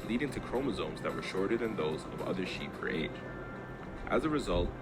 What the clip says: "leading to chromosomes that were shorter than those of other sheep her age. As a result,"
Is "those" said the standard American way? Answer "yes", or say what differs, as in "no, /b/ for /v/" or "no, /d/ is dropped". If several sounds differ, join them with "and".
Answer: yes